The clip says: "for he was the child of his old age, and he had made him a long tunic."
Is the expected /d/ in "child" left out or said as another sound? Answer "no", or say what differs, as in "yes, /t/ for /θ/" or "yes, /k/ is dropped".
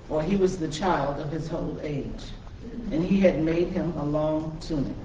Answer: no